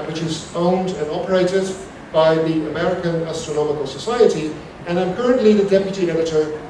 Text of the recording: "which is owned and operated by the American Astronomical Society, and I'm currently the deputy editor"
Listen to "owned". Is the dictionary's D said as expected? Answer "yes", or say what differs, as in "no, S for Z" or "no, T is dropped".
yes